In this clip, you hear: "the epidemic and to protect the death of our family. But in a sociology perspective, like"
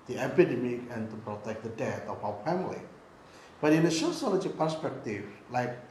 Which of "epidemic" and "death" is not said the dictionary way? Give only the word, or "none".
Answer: death